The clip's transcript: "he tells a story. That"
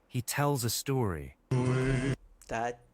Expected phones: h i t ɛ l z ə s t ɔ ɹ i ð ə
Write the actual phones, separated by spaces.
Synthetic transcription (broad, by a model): h i t ɛ l z ə s t ɔ ɹ i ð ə